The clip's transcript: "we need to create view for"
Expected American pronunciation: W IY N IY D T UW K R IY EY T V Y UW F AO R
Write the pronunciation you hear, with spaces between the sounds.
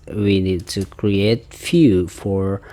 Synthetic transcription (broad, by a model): W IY N IY D T UW K R IY EY T F Y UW F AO R